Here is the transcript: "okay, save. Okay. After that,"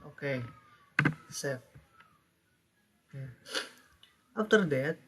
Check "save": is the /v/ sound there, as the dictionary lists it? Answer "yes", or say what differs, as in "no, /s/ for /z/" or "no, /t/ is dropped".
no, /f/ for /v/